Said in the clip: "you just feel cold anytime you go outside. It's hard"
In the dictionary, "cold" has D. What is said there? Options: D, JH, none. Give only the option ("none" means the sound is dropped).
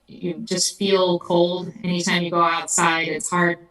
D